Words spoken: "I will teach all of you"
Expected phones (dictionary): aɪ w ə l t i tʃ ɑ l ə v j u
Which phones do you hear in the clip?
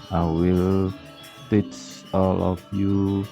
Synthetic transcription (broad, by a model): aɪ w ə l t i s ɑ l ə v j u